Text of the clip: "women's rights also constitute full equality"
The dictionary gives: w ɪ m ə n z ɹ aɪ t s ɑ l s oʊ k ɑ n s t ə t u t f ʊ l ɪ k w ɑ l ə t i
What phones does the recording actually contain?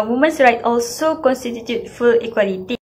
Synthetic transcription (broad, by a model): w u m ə n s ɹ aɪ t ɑ l s oʊ k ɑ n s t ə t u t f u l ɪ k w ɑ l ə t i